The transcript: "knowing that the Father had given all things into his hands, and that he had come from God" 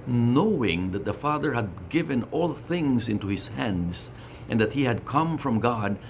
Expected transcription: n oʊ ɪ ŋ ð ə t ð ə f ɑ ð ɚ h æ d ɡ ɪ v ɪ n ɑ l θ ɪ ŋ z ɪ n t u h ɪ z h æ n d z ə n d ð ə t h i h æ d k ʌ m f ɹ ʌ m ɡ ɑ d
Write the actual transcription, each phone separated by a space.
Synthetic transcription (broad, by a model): n oʊ ɪ ŋ ð ə t ð ə f ɑ ð ɚ h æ d ɡ ɪ v ɪ n ɑ l θ ɪ ŋ z ɪ n t u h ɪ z h æ n d z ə n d ð ə t h i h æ d k ʌ m f ɹ ʌ m ɡ ɑ d